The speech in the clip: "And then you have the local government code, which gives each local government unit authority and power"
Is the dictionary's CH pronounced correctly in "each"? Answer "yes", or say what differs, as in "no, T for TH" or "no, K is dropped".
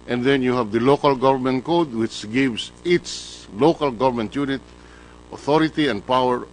no, S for CH